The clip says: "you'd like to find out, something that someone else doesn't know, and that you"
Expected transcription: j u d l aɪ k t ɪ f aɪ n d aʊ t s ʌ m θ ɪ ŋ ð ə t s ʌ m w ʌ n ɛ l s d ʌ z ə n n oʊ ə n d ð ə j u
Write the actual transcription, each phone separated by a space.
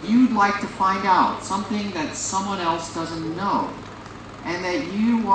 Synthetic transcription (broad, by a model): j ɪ d l aɪ k t ɪ f aɪ n d aʊ t s ʌ m θ ɪ ŋ ð ə t s ʌ m w ʌ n ɛ l s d ʌ z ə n n oʊ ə n ð ə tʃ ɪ